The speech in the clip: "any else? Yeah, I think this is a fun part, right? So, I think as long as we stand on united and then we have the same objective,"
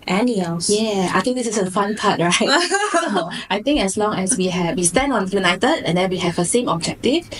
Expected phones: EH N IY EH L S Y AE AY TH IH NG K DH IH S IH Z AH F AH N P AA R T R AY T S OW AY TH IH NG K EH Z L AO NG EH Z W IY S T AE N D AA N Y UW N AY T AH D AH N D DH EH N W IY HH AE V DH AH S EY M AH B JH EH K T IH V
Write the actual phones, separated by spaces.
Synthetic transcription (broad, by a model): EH N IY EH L Y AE AY T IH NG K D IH S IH S AH F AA N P AA T R AY T S OW AY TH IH NG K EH S L AO NG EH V W IY S T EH N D AA N Y UW N AY T AH D AH N D EH N W IY HH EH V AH S EY M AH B JH EH K T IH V